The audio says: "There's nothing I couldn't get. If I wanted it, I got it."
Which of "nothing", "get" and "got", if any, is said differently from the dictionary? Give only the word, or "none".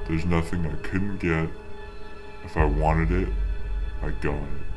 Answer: got